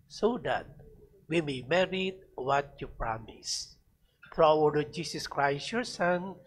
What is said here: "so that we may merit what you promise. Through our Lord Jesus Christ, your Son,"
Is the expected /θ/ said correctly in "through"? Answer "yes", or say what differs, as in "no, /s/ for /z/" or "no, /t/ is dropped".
no, /f/ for /θ/